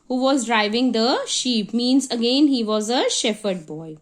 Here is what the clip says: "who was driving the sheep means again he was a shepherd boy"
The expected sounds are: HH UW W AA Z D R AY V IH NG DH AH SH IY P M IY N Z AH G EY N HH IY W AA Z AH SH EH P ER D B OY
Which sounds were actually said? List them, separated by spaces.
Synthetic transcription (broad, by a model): HH UW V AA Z D R AY V IH NG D AH SH IY P M IY N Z AH G EY N HH IY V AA Z AH SH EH F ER D B OY